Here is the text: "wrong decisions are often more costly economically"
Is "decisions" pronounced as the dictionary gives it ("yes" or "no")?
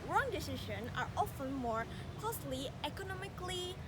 no